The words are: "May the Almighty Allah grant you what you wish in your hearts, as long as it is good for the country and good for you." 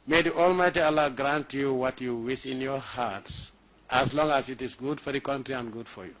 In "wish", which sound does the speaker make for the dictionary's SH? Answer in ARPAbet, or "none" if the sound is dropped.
S